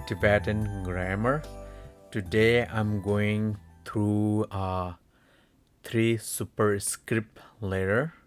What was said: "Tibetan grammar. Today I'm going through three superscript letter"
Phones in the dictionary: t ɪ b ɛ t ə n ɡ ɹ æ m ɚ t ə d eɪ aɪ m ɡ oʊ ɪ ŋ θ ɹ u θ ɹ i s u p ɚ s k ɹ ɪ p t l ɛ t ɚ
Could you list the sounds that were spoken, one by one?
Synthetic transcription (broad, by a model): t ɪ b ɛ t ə n ɡ ɹ æ m ɚ t ə d eɪ aɪ m ɡ oʊ ɪ ŋ t ɹ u t ɹ i s u p ɚ s k ɹ ɪ p t l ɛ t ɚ